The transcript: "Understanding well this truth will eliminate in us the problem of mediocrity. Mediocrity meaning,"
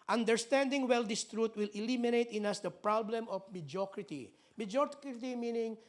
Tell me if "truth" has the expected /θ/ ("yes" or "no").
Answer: no